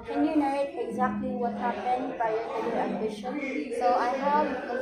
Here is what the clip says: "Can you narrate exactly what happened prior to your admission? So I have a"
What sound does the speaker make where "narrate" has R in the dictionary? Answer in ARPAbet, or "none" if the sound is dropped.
none